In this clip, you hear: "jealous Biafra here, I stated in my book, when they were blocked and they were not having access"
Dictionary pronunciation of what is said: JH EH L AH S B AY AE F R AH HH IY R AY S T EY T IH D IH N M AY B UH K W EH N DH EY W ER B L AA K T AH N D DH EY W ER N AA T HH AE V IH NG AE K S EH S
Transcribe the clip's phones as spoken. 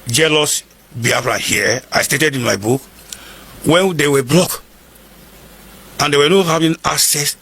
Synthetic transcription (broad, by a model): JH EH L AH S B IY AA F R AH HH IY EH AY S T EY T IH D IH N M AY B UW K W EH N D EY W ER B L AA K AH N D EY W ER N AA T HH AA V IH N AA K S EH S